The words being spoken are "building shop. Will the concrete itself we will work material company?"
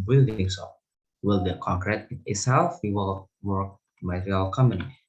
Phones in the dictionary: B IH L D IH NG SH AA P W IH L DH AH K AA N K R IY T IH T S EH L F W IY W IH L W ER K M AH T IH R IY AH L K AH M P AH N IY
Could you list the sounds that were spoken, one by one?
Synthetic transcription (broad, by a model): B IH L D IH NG S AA W IH L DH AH K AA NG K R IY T IH T S EH L F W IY W IH L W ER K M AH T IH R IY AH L K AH M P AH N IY